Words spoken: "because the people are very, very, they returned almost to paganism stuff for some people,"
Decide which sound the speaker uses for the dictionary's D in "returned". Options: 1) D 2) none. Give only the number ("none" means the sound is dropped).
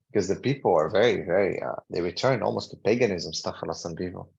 2